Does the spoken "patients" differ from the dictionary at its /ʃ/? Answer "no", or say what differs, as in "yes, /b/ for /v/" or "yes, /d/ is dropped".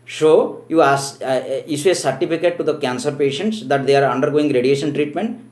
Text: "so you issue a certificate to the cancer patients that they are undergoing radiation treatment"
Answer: no